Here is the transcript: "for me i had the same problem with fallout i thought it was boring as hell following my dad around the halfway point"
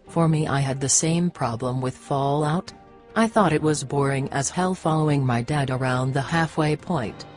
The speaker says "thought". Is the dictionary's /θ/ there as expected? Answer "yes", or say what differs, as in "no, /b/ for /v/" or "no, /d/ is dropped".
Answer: yes